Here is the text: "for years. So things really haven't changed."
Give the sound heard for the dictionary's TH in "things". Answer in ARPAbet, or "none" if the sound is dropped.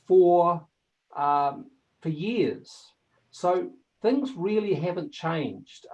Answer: TH